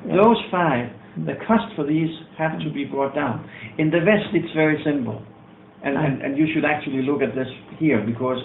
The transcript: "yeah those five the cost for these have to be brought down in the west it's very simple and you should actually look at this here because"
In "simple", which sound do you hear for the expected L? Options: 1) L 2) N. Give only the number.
2